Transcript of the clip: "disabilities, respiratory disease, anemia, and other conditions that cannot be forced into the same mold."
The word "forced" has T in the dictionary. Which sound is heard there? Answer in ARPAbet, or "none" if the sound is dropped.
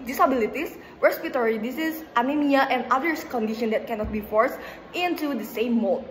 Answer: T